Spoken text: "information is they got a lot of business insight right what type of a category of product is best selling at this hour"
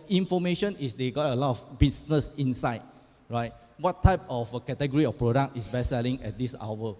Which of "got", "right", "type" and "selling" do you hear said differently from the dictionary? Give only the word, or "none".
none